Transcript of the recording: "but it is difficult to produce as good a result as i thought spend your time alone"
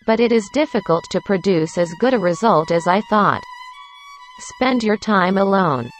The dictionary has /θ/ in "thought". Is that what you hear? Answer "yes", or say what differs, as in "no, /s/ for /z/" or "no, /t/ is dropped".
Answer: yes